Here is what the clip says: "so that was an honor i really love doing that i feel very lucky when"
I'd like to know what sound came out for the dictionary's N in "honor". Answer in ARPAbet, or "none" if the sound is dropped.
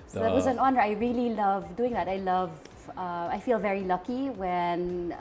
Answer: N